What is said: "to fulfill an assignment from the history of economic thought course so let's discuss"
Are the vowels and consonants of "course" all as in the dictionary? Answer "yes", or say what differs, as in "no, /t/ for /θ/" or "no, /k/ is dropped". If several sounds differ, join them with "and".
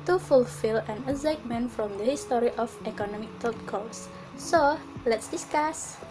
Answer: no, /l/ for /ɹ/